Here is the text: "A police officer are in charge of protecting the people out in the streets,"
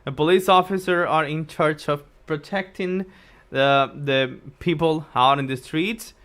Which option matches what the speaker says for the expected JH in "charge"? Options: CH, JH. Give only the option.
CH